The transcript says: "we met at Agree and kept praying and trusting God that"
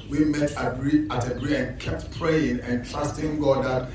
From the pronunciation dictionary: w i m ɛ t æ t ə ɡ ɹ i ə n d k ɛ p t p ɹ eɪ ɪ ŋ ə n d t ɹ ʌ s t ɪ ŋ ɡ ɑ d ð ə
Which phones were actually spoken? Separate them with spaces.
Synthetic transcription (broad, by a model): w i m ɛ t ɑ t ə ɡ ɹ i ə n k ɛ p t p ɹ eɪ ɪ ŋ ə n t l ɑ s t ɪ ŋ ɡ ɑ d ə